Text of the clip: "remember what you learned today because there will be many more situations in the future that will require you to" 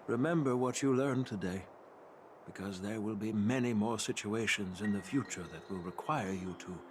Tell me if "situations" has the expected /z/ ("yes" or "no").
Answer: yes